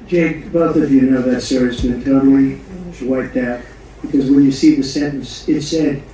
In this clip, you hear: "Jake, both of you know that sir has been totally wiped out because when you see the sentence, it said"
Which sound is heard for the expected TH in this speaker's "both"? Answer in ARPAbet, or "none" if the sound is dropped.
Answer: TH